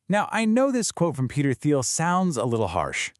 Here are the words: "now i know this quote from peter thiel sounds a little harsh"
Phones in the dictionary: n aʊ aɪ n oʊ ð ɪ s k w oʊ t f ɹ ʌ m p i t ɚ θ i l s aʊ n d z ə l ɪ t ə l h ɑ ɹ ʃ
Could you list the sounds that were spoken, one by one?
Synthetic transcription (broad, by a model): n aʊ aɪ n oʊ ð ɪ s k w oʊ t f ɹ ʌ m p i t ɚ θ i l s aʊ n d z ə l ɪ t l h ɑ ɹ ʃ